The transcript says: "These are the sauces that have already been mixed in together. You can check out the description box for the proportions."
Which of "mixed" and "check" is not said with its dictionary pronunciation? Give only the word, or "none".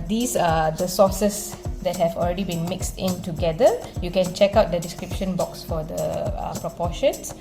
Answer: none